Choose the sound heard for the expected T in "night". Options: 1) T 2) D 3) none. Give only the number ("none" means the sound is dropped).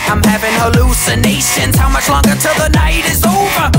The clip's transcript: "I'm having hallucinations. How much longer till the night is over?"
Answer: 1